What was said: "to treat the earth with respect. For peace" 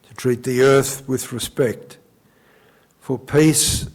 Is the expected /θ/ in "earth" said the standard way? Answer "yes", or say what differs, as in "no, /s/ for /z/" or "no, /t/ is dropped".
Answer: yes